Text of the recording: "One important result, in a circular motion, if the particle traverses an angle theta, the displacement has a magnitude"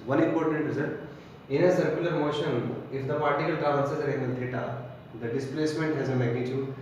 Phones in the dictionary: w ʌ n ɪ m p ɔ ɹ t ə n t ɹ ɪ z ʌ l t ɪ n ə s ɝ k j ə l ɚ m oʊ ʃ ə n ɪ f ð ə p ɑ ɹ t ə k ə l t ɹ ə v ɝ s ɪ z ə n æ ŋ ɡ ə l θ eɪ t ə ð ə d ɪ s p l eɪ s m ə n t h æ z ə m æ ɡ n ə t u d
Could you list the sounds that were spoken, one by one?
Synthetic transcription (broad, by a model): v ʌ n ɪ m p ɔ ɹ t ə n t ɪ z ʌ t ɪ n ə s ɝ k j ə l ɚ m oʊ ʃ ə n ɪ f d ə p ɑ ɹ t ə k ə l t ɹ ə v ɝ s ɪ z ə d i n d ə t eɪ t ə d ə d ɪ s p l eɪ s m ə n t h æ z ə m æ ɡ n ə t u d